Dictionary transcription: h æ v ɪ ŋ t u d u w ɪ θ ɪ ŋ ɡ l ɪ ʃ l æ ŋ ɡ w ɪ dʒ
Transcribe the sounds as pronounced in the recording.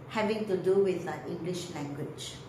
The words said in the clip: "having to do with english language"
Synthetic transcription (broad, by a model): h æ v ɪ ŋ t u d u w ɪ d ɪ ŋ ɡ l ɪ ʃ l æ ŋ ɡ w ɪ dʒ